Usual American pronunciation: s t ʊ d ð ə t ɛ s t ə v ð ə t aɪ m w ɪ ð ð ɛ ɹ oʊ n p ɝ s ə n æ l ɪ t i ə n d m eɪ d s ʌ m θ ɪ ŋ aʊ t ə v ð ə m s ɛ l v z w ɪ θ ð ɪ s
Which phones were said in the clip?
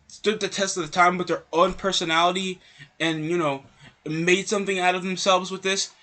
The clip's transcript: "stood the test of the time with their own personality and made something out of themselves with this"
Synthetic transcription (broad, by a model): s t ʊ d ð ə t ɛ s t ə v ð ə t aɪ m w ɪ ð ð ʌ ɹ oʊ n p ɝ s ə n æ l ɪ t i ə n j m eɪ d s ʌ m θ ɪ ŋ aʊ t ə v ð ə m s ɛ l v z w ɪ ð ɪ s